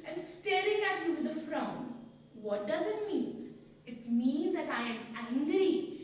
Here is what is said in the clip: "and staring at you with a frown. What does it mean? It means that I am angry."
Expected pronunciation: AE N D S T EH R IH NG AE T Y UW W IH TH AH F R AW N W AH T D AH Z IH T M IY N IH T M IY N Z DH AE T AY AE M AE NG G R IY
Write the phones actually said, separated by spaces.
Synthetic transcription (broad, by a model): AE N D S T EH R IH NG AE T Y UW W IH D AH F R AW N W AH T D AH Z IH T M IY N IH T M IY N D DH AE T AY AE M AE NG G R IY